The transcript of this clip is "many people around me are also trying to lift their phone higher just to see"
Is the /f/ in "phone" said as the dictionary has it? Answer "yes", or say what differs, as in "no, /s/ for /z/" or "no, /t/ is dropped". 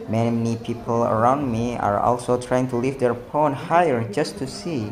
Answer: no, /p/ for /f/